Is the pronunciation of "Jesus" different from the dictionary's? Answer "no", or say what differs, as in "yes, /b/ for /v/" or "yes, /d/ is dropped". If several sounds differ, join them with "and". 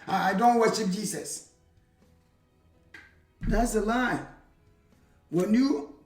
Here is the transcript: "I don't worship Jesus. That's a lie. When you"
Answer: yes, /s/ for /z/